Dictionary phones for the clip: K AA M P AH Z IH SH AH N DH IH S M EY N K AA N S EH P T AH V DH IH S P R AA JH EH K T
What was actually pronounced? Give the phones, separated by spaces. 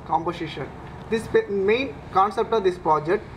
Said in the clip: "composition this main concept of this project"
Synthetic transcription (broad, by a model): K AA M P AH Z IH SH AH N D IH S M EY N K AA N S EH P T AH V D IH S P R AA JH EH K T